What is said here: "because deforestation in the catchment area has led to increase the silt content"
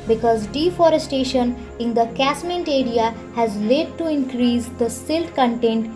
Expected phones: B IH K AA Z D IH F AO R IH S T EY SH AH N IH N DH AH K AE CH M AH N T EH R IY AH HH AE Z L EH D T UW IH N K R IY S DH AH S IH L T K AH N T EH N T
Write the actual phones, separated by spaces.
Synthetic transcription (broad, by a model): B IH K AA Z D IH F AO R IH S T EY SH AH N IH N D AH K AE S M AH N T EH R IY AH HH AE Z L EH D T UW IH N K R IY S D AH S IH L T K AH N T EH N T